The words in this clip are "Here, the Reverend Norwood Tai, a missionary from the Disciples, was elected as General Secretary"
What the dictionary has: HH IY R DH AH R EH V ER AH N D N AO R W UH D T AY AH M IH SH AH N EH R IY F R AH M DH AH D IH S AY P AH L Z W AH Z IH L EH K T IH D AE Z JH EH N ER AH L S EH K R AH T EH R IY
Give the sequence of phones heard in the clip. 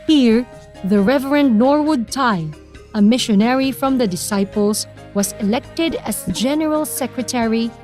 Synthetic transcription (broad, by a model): HH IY R DH AH R EH V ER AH N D N AO R W UH D T AY AH M IH SH AH N EH R IY F R AH M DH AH D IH S AY P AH L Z W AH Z IH L EH K T IH D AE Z JH EH N ER AH L S EH K R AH T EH R IY